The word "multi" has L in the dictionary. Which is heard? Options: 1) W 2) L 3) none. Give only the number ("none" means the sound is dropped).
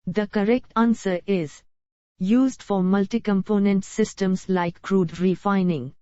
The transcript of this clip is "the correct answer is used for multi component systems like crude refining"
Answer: 2